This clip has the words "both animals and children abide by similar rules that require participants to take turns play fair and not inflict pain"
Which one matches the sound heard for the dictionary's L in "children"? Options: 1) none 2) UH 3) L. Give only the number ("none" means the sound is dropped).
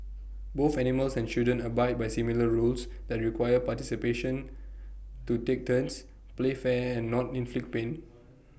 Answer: 1